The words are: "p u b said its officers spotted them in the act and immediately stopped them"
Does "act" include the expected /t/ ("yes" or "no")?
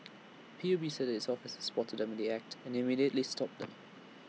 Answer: yes